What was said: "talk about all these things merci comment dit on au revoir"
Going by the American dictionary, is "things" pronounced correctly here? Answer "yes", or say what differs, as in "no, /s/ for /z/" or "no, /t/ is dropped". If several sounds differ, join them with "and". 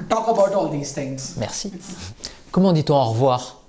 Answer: no, /t/ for /θ/